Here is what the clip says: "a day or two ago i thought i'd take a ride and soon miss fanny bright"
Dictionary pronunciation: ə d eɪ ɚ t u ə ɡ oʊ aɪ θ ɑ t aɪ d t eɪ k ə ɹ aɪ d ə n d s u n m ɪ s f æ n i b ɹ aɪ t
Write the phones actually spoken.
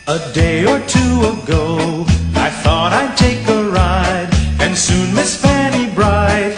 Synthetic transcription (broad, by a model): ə d eɪ ɚ t u ə ɡ oʊ aɪ θ ɑ t aɪ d t eɪ k ə ɹ aɪ d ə n s u n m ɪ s f æ n i b ɹ aɪ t